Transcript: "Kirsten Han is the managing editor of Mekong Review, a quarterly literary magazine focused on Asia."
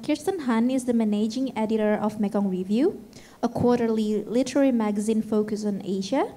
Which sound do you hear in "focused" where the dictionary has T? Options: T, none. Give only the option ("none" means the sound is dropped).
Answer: none